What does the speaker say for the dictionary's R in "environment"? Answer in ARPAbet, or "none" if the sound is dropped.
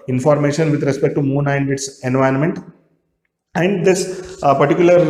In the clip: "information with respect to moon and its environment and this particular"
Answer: none